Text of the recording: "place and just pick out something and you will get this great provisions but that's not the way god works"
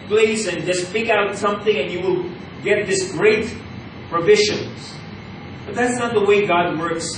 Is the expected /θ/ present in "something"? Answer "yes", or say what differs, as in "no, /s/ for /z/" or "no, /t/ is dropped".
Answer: yes